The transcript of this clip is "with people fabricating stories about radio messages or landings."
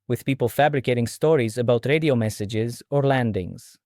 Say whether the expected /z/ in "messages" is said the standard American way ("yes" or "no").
yes